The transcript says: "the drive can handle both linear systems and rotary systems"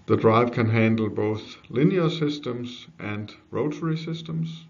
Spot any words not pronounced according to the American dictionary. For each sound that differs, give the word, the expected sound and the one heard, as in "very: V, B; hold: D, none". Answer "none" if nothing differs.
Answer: none